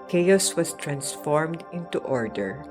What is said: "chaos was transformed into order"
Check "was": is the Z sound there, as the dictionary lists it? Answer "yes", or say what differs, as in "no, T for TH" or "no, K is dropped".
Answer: no, S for Z